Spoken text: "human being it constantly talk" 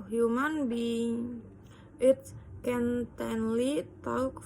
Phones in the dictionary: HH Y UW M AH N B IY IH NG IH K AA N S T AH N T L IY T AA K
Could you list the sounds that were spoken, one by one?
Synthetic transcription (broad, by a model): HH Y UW M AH N B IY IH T K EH N T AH N L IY T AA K